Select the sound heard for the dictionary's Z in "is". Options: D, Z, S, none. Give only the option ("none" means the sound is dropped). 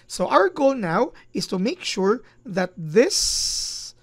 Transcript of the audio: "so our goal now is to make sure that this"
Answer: S